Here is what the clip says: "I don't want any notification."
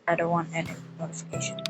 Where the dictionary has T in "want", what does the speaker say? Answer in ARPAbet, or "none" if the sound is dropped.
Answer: none